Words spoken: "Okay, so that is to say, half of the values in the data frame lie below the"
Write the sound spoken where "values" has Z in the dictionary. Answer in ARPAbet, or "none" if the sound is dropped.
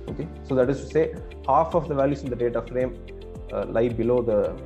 S